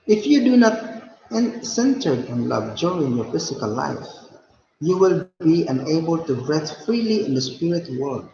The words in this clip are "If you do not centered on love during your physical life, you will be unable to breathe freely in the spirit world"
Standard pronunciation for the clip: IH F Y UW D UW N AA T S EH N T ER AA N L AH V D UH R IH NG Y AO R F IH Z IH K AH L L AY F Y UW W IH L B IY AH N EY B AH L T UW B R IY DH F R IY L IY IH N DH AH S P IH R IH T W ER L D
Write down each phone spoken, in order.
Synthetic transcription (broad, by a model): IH F Y UW D UW N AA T S EH N T ER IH N L AH V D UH R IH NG Y AO R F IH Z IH K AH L L AY F Y UW W IH L B IY AH N EY B AH L T UW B R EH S F R IY L IY IH N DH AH S P IH R IH T W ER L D